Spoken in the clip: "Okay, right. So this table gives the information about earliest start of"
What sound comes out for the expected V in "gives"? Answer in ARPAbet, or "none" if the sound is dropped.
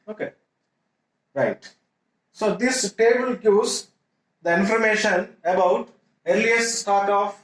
none